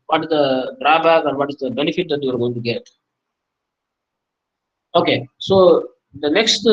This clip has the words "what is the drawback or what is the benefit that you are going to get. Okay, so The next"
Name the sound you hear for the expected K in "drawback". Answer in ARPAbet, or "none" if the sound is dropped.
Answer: none